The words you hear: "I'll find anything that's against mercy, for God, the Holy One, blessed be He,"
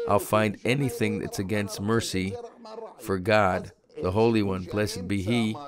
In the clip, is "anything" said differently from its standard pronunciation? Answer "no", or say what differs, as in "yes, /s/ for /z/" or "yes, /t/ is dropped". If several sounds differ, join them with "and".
no